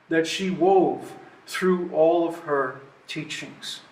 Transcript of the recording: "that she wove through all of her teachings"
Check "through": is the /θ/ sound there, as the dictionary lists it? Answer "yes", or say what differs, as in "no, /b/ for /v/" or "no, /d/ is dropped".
yes